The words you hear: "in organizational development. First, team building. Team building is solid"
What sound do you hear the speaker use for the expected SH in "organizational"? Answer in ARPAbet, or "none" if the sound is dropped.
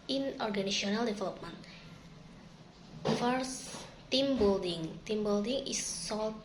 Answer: none